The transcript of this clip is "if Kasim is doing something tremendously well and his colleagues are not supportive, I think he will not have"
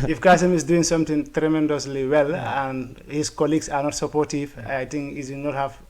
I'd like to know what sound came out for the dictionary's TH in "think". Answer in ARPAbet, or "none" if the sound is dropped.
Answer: T